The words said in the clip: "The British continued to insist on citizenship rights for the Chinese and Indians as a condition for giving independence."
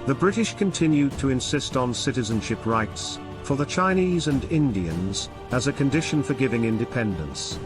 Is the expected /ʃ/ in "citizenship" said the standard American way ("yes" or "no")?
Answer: yes